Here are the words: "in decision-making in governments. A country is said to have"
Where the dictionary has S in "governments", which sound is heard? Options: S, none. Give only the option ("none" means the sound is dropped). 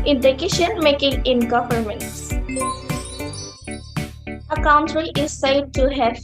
S